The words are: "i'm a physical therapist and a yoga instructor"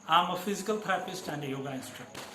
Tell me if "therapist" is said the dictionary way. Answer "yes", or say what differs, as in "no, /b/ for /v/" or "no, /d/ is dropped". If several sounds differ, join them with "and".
no, /t/ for /θ/ and /ɹ/ is dropped